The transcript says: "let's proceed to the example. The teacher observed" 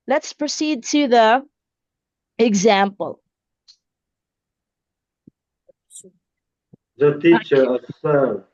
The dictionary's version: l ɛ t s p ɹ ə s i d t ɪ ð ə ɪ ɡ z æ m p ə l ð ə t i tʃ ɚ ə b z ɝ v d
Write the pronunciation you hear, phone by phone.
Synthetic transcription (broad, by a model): l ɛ t s p ɹ ə s i d t ɪ ð ə ɪ ɡ z æ m p ə l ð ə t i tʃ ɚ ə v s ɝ